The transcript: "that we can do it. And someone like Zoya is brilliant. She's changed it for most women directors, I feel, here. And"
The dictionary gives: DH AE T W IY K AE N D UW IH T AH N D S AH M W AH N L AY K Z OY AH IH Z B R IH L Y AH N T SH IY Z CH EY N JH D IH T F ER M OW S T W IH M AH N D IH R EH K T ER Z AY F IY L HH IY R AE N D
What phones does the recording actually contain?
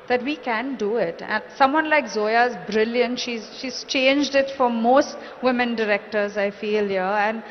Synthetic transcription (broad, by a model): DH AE T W IY K AE N D UW IH T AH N S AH M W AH N L AY K Z OY AH IH Z B R IH L Y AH N T SH IY Z CH EY N JH D IH T F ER M OW S T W IH M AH N D IH R EH K T ER Z AY F IY L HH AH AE N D